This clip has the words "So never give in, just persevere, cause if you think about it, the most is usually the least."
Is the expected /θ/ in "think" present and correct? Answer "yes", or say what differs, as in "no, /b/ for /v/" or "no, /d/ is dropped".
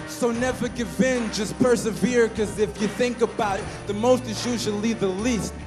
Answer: yes